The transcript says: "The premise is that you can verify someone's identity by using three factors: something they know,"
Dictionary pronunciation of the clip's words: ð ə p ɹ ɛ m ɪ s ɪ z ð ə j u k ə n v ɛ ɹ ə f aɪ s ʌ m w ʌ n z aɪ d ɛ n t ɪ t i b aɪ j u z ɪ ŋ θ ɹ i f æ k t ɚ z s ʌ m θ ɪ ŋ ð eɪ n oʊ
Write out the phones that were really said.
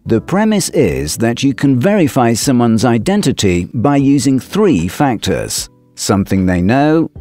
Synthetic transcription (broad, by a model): ð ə p ɹ ɛ m ɪ s ɪ z ð ə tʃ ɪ k ə n v ɛ ɹ ə f aɪ s ʌ m w ʌ n z aɪ d ɛ n t ɪ t i b aɪ j u z ɪ ŋ θ ɹ i f æ k t ɚ z s ʌ m θ ɪ ŋ ð eɪ n oʊ